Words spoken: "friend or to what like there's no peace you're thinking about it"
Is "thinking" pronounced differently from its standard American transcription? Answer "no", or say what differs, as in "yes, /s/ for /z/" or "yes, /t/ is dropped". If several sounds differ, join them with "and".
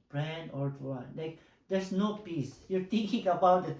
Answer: yes, /t/ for /θ/